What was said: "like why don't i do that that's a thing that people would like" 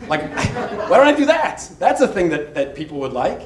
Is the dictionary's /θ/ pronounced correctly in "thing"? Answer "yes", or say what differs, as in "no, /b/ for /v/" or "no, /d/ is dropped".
yes